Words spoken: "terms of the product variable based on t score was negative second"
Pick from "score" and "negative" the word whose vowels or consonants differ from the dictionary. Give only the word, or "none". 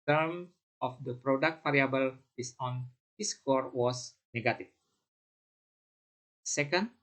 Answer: negative